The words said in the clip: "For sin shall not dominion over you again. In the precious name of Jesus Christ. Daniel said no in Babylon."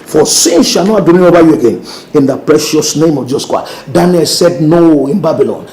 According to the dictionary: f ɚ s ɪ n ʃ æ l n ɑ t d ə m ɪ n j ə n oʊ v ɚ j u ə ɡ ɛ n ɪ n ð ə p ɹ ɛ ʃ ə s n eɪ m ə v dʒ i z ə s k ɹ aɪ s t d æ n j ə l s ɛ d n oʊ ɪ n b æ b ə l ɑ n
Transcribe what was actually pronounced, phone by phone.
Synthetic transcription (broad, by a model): f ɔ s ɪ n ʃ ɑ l n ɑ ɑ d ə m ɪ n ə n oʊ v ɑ j u ə ɡ ɛ n ɪ n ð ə p ɹ ɛ ʃ ə s n eɪ m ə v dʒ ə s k aɪ d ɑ n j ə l s ɛ d n oʊ ɪ n b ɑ b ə l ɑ n